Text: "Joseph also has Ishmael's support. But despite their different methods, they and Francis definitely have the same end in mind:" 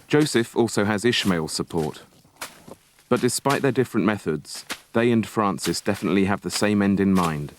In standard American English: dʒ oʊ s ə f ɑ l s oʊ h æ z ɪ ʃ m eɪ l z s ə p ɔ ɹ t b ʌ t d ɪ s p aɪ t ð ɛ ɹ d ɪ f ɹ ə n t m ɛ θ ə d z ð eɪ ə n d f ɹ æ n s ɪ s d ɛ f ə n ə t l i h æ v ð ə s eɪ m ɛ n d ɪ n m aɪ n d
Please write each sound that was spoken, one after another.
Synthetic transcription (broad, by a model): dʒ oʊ s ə f ɑ l s oʊ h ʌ z ɪ ʃ m eɪ l s ə p ɔ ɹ t b ʌ t d ɪ s p aɪ t ð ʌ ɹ d ɪ f ɹ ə n m ɛ θ ə d z ð eɪ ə n f ɹ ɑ n s ɪ s d ɛ f ə n ə t l i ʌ v ð ə s eɪ m ɛ n d ɪ n m aɪ n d